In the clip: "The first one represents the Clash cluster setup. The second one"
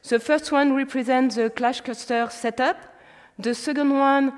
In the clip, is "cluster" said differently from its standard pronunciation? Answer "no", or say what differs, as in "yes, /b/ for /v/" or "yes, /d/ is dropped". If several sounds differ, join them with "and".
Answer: yes, /l/ is dropped